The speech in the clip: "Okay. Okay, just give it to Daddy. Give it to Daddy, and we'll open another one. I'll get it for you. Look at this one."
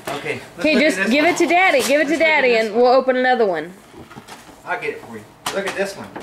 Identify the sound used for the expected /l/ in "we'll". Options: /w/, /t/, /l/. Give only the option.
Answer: /l/